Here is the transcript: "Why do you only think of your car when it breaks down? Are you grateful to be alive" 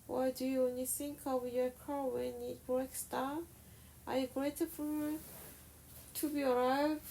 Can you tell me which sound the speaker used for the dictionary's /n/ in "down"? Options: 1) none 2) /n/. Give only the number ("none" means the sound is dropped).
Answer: 1